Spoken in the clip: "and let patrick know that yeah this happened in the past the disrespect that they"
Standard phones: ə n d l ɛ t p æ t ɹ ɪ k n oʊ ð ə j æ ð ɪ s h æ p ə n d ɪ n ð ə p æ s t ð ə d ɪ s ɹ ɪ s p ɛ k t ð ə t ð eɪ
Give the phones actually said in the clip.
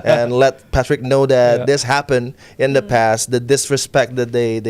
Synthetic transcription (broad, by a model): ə n l ɛ t p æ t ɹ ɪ k n oʊ ð ə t ð ɪ s h æ p ə n d ɪ n ð ə p æ s t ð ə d ɪ s ɹ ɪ s p ɛ k t ð ə t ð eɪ